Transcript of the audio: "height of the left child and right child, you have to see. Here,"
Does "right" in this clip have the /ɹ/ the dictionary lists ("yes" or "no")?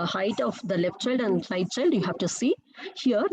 no